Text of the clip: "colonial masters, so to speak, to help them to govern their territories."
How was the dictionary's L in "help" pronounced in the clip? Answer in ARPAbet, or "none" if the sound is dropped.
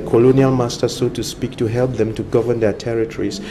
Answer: L